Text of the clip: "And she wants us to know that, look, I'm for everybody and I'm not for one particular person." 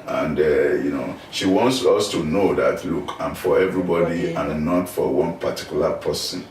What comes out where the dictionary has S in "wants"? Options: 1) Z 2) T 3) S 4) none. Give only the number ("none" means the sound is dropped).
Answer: 3